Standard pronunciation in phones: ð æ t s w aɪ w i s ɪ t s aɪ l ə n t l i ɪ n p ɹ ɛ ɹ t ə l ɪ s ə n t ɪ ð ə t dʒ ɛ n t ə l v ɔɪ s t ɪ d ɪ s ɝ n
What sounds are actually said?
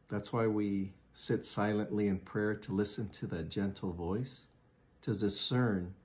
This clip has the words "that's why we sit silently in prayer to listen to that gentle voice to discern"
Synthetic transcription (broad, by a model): ð æ t s w aɪ w i s ɪ t s aɪ l ə n t l i ɪ n p ɹ ɛ ɹ t ə l ɪ s ə n t ɪ ð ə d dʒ ɛ n t l v ɔɪ s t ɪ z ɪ s ɝ n